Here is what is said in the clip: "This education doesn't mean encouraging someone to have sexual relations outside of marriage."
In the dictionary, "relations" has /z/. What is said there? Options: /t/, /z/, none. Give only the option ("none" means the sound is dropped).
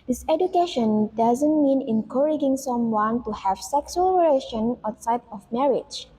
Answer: none